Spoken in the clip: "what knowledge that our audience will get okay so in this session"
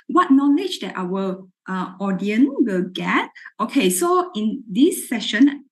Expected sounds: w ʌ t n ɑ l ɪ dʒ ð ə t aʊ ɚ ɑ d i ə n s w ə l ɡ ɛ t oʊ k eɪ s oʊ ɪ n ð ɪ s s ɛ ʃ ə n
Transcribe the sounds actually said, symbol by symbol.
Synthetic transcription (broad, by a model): w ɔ t n ɑ l ɪ dʒ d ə t aʊ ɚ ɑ d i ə n w ə l ɡ ɛ t oʊ k eɪ s oʊ ɪ n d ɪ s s ɛ ʃ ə n